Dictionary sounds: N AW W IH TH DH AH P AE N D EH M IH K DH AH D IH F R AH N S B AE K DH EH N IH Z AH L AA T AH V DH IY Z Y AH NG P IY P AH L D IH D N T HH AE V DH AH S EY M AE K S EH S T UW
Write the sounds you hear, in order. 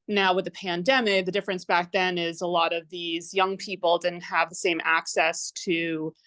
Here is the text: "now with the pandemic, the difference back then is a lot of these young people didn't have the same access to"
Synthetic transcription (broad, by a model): N AW W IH DH AH P AE N D EH M IH K DH AH D IH F R AH N S B AE K DH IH N IH Z AH L AA T AH V DH IY Z Y AH NG P IY P L D IH D N T HH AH V DH AH S EY M AE K S EH S T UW